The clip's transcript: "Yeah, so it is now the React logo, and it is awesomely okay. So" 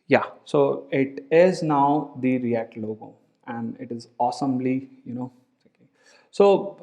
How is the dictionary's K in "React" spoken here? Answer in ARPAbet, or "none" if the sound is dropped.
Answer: none